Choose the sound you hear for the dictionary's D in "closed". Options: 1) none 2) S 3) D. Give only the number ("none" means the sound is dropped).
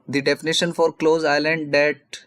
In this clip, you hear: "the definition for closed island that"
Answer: 1